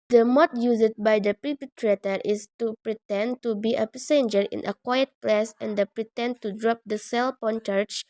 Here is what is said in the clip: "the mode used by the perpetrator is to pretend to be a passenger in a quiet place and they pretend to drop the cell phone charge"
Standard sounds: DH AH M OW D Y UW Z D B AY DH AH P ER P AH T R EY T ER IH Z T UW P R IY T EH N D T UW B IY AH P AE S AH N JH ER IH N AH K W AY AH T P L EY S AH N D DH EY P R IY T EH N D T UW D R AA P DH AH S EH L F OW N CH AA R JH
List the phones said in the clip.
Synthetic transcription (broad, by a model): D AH M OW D Y UW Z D B AY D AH P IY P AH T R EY T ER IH S T UW P R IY T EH N T UW B IY AH P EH S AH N JH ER IH N AH K W AY AH T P L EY S AH N D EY P R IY T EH N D T UW D R AA P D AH S EH L P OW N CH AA R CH